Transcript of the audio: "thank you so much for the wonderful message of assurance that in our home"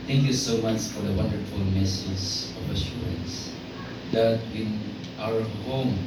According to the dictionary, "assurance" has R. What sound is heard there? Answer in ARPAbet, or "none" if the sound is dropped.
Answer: none